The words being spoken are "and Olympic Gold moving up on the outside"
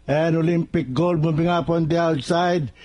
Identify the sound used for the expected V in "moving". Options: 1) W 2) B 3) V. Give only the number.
2